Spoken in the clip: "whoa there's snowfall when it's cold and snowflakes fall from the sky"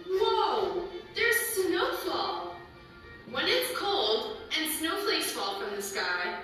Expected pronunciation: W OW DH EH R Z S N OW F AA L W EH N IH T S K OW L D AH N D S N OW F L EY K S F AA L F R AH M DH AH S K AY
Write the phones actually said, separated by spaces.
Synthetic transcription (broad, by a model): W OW DH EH R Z S N OW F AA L W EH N IH T S K OW L D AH N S N OW P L EY S F AA L F R AH M DH AH S K AY